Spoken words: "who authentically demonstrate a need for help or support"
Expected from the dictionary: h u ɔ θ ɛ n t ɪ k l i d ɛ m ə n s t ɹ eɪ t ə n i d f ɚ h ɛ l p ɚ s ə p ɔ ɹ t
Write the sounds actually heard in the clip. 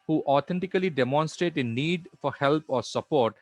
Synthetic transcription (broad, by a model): h u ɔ t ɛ n t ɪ k l i d ɛ m ə n s t ɹ eɪ t ə n i d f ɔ h ɛ l p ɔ s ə p ɔ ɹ t